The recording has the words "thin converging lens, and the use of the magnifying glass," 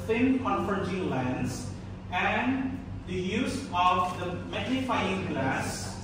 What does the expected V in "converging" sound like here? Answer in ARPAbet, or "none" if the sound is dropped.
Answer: F